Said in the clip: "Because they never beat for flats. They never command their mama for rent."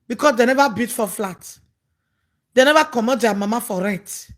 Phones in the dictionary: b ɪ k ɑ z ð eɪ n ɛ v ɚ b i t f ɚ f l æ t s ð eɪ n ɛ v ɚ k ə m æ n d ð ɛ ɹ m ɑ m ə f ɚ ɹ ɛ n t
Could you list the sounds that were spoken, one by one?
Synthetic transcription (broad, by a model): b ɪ k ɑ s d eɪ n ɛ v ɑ b i t f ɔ f l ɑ t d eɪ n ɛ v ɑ k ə m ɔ d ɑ m ɑ m ə f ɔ ɹ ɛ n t